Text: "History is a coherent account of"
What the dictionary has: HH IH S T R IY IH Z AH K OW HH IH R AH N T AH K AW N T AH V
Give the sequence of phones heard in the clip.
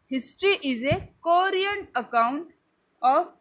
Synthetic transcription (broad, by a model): HH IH S T R IY IH Z AH K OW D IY AH N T AH K AW N T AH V